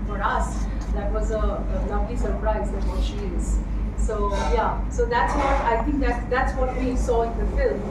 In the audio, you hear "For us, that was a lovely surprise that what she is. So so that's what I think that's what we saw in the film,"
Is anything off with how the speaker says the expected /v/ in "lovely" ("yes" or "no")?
yes